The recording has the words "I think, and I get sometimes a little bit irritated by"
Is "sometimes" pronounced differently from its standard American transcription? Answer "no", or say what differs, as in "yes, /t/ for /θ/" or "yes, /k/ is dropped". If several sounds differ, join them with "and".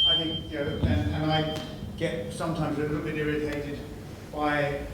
no